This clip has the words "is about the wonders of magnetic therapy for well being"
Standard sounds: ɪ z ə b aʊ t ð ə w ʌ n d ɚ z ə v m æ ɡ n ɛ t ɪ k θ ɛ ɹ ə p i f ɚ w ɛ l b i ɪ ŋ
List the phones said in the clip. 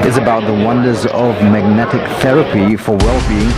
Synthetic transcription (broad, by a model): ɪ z ə b aʊ t ð ə w ʌ n d ɚ z ə v m æ ɡ n ɛ t ɪ k θ ɛ ɹ ə p i f ɚ w ɛ l b i ɪ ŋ